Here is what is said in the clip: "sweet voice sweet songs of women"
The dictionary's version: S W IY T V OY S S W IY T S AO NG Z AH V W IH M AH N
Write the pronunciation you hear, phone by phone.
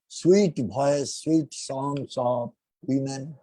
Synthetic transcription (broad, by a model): S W IY T B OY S S W IY T S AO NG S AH P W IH M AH N